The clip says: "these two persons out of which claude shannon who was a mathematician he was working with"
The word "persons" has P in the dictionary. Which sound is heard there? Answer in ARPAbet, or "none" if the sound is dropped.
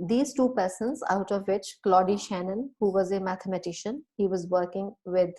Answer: P